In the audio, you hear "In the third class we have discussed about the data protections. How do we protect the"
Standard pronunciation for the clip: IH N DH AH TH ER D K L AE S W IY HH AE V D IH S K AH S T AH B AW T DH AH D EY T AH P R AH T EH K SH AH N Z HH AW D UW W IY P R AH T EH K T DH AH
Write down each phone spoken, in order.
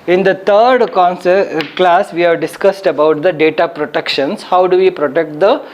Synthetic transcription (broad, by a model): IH N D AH T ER D K L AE S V IY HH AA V D IH S K AH S T AH B AW T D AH D EY T AH P R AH T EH K SH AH N S HH AW D UW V IY P R AH T EH K T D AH